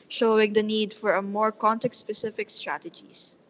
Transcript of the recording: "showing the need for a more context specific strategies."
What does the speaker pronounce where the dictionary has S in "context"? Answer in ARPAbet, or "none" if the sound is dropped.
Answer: none